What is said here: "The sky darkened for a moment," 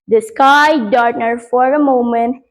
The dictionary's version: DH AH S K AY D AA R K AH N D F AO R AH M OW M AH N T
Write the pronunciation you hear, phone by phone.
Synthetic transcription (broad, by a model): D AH S K AY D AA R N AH D F AO R AH M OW M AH N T